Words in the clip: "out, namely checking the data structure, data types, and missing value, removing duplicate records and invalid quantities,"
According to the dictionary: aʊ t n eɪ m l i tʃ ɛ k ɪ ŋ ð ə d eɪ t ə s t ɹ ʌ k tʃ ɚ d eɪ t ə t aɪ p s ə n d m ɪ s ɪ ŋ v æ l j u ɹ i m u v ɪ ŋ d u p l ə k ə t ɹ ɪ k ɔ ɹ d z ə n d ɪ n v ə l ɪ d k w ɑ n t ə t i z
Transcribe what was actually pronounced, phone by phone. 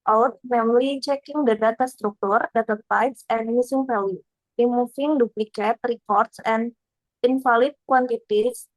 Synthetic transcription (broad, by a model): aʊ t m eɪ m l i tʃ ɛ k ɪ ŋ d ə d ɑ t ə s t ɹ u k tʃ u d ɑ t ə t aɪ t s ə n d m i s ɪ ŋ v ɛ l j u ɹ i m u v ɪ ŋ d u p l ə k ə t ɹ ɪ k ɔ ɹ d s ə n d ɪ n f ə l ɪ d k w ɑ n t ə t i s